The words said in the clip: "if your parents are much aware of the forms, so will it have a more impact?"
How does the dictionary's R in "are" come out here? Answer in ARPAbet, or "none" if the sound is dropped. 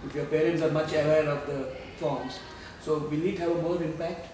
R